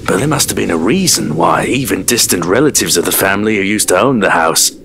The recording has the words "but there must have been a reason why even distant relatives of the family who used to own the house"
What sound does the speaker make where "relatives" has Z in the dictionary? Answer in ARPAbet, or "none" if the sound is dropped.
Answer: Z